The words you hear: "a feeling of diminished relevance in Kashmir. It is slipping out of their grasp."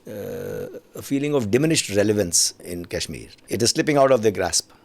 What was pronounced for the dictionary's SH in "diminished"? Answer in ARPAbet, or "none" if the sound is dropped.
SH